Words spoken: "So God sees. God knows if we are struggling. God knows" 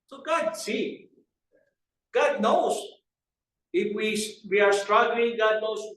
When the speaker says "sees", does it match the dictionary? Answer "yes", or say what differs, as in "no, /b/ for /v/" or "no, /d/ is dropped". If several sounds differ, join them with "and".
no, /z/ is dropped